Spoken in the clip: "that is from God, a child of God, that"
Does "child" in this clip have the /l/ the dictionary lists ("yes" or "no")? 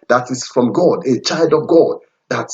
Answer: yes